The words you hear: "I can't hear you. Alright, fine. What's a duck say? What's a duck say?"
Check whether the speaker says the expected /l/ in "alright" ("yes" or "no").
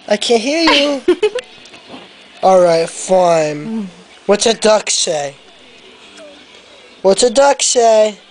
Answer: yes